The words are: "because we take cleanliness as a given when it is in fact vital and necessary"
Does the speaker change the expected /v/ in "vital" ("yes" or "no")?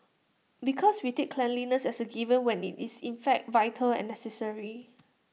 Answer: no